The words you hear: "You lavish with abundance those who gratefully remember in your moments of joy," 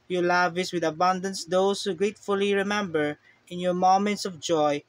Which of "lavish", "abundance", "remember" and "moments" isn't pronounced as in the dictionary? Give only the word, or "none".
lavish